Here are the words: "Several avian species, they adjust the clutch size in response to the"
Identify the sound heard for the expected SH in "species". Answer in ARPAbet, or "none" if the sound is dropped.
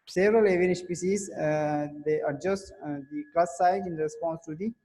S